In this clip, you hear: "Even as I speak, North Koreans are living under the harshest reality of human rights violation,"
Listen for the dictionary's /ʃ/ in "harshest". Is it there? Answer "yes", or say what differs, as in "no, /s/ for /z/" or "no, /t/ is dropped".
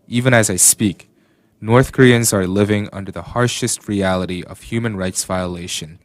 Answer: yes